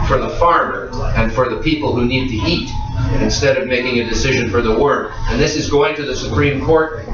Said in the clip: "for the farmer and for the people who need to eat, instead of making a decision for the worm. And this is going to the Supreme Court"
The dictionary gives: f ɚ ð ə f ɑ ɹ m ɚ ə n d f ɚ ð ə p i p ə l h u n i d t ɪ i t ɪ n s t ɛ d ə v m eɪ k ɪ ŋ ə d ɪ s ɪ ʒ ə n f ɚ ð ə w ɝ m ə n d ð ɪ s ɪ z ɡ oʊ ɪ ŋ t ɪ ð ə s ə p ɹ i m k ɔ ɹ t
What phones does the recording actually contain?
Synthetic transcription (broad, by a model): f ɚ ð ə f ɑ ɹ m ɚ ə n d f ɚ ð ə p i p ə l h u n i d t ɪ i t ɪ n s t ɛ d ə v m eɪ k ɪ ŋ ə d ɪ s ɪ ʒ ə n f ɚ ð ə w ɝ ə n ð ɪ s ɪ z ɡ oʊ ɪ ŋ t ɪ ð ə s ə p ɹ i m k ɔ ɹ t